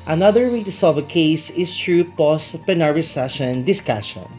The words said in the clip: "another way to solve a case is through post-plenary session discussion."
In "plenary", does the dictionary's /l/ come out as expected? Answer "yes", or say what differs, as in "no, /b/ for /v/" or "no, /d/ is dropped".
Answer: no, /l/ is dropped